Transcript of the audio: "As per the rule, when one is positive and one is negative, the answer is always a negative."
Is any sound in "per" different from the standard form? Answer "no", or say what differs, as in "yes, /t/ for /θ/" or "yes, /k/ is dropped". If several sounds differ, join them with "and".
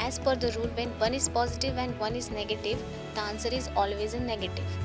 yes, /f/ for /p/